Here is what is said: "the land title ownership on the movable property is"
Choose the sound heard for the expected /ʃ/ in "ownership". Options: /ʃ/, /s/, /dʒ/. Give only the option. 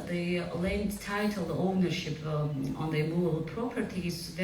/ʃ/